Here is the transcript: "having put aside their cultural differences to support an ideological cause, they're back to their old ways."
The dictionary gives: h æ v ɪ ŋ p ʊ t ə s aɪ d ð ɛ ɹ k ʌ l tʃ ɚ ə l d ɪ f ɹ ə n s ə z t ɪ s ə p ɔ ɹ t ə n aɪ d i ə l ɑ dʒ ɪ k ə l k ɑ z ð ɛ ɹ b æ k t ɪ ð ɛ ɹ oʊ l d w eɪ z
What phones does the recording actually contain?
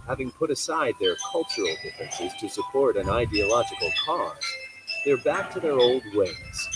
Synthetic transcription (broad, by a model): h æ v ɪ ŋ p ʊ t ə s aɪ d ð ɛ ɹ k ʌ l tʃ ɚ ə l d ɪ f ɹ ə n s ə z t ɪ s ə p ɔ ɹ t ə n aɪ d i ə l ɑ dʒ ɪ k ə l k ɑ z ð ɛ ɹ b æ k t ɪ ð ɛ ɹ oʊ l d w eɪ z